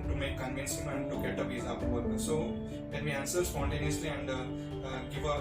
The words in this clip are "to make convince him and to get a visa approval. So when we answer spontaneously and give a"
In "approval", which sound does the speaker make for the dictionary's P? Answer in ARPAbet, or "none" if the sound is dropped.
none